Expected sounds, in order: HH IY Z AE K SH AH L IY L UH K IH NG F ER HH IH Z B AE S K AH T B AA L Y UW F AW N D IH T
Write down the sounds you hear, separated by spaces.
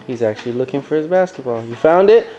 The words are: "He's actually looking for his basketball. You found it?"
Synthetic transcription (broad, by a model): HH IY Z AE K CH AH L IY L UH K IH NG F ER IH Z B AE S K AH T B AA L Y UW F AW N D IH T